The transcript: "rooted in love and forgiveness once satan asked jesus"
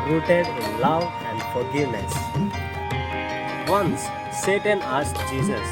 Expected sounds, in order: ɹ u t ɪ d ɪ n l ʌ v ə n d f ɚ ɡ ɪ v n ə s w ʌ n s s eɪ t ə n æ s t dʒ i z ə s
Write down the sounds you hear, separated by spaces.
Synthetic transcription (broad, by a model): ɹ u t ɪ d ɪ n l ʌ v ə n d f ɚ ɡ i n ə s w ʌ n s s eɪ t ə n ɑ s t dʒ i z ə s